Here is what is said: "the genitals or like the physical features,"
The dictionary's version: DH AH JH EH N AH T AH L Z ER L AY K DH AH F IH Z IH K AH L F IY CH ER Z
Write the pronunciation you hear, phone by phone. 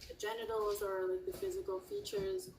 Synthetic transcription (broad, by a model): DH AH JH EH N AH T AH L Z ER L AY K DH AH F IH Z IH K AH L F IY CH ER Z